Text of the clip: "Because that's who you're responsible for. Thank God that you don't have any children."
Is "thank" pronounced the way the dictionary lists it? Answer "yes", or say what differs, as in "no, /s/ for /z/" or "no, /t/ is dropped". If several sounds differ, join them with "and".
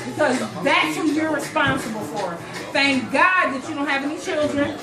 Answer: yes